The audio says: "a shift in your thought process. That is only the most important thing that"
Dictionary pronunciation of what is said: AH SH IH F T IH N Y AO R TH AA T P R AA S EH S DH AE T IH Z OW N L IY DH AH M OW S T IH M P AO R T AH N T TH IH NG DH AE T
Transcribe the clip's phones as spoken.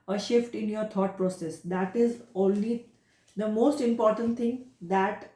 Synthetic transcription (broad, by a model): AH SH IH F T IH N Y AO R T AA T P R AA S EH S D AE T IH Z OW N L IY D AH M OW S T IH M P AO R T AH N T T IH NG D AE T